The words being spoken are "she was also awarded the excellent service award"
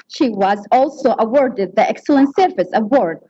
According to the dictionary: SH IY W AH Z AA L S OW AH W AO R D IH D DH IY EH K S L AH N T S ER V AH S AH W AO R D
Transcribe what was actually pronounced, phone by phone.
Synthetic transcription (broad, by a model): SH IY W AH Z AA L S OW AH W AO R D IH D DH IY EH K S L AH N T S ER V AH S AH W AO R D